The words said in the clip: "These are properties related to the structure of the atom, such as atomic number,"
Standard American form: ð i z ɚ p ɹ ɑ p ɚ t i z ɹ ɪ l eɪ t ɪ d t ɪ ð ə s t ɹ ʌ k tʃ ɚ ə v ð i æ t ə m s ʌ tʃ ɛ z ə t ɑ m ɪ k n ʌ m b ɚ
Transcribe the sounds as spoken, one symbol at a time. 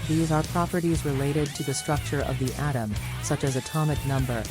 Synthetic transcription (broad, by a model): ð i z ɚ p ɹ ɑ p ɚ t i z ɹ ɪ l eɪ t ɪ d t ɪ ð ə s t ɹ ʌ k tʃ ɚ ə v ð i æ t ə m s ʌ tʃ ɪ z ə t ɑ m ɪ k n ʌ m b ɚ